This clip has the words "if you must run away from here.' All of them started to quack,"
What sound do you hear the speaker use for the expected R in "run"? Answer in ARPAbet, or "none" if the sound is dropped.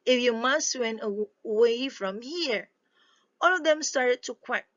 W